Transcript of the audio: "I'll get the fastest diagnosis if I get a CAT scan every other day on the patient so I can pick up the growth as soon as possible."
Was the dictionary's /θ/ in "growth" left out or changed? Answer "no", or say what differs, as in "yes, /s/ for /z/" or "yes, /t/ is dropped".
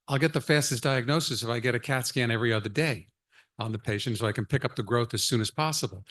no